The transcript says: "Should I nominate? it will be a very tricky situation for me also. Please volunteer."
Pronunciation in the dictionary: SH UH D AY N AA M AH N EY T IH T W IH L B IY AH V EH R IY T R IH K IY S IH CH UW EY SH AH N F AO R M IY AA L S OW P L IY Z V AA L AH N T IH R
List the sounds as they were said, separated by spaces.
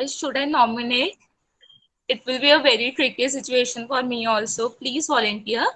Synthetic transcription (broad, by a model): SH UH D AY N AA M AH N EY T IH T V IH L B IY AH V EH R IY T R IH K IY S IH CH UW EY SH AH N F AO R M IY AA L S OW P L IY Z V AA L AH N T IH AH